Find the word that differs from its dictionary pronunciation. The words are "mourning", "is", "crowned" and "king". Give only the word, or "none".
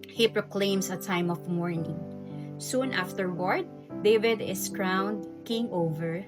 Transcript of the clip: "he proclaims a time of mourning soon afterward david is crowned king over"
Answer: is